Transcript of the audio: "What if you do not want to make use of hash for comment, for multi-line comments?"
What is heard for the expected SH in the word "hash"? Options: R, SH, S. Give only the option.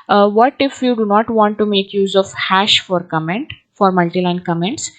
SH